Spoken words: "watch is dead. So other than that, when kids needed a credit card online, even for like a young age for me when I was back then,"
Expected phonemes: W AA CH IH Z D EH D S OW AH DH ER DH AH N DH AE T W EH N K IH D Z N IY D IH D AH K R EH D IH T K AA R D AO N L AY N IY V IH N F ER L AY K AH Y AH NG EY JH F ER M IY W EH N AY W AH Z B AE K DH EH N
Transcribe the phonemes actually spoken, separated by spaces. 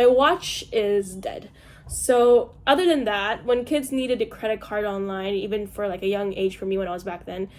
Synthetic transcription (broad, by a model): W AA CH IH Z D EH D S OW AH DH ER DH AH N DH AE T W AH N K IH D Z N IY D IH D AH K R EH D IH T K AA R D AO N L AY N IY V IH N F ER L AY K AH Y AH NG EY JH F ER M IY W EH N AY W AH Z B AE K DH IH N